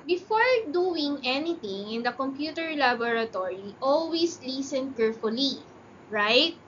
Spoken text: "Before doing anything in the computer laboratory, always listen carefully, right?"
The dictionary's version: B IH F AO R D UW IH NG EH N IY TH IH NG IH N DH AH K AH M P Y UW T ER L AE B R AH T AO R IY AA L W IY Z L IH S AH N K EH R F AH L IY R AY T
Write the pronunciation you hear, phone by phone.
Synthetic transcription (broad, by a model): B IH F AO R D UW IH NG EH N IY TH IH NG IH N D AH K AH M P Y UW T ER L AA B R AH T AO R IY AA L W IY S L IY S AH N K EH R F AH L IY R AY T